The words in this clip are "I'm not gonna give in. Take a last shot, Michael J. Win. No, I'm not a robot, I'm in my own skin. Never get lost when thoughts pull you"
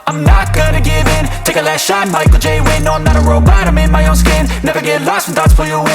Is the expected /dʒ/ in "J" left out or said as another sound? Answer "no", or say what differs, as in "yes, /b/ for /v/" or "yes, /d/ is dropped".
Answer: no